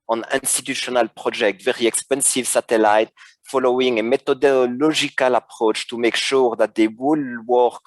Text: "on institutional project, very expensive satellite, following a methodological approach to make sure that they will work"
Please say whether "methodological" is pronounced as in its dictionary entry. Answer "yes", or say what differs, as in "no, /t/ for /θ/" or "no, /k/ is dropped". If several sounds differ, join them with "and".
no, /t/ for /θ/ and /ʒ/ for /dʒ/